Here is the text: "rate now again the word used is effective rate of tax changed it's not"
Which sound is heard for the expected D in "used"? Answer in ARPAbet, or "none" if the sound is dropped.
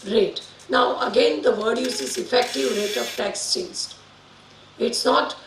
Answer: none